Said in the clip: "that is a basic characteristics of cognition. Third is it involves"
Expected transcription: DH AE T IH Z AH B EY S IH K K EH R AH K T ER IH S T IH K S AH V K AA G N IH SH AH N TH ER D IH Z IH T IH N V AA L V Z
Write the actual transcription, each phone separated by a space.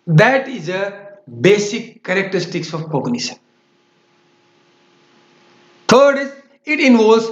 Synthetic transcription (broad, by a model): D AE T IH Z AH B EY S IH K K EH R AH K T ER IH S T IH K S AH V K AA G N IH S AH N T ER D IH S IH T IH N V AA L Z